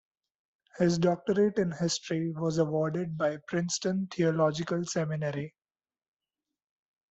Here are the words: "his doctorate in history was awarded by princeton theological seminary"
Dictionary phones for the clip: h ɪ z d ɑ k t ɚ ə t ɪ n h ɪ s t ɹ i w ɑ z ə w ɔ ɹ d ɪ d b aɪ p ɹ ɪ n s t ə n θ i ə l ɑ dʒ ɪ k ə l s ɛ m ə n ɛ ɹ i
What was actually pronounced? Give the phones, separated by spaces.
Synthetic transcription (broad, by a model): h ɪ z d ɑ k t ɚ ə t ɪ n h ɪ s t ɹ i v ɑ z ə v ɔ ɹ d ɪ d b aɪ p ɹ ɪ n s t ə n t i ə l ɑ dʒ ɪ k ə l s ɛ m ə n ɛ ɹ i